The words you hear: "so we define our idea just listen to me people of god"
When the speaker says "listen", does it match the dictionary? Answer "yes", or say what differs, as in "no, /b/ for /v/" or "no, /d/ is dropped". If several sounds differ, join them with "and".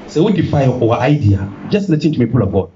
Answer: no, /n/ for /l/